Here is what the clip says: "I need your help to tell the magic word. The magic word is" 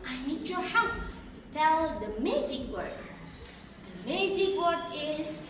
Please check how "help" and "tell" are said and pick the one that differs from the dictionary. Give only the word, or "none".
help